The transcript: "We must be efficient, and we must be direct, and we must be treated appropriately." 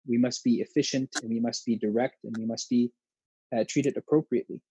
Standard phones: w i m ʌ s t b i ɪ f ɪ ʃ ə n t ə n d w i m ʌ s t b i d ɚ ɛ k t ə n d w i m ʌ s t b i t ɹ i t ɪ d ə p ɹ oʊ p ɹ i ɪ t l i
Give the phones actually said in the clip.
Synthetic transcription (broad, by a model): w i m ʌ s t b i ɪ f ɪ ʃ ə n t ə n w i m ʌ s t b i d ɚ ɛ k t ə n w i m ʌ s t b i t ɹ i t ɪ d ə p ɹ oʊ p ɹ i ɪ t l i